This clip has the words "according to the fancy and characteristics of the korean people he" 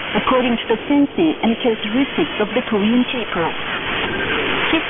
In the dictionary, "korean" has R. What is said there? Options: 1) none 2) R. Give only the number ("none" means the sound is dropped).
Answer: 1